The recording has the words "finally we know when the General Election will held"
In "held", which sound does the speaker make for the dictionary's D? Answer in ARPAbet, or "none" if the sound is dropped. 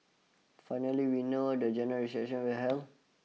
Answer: none